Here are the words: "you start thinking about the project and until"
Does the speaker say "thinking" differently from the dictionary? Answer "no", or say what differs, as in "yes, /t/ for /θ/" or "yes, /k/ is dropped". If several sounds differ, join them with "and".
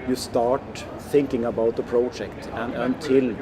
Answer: no